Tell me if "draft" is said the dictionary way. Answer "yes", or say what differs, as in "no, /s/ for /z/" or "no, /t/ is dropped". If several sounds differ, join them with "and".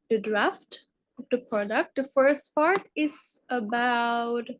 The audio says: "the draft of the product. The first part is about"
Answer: yes